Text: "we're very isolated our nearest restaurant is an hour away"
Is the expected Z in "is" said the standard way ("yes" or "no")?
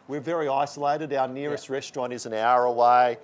yes